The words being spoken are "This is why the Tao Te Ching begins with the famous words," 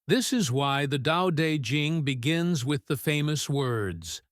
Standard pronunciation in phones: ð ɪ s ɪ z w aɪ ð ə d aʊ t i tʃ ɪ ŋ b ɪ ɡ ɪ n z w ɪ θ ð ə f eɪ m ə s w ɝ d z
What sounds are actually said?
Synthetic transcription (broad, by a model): ð ɪ s ɪ z w aɪ ð ə d aʊ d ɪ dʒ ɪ ŋ b ɪ ɡ ɪ n z w ɪ ð ə f eɪ m ə s w ɝ d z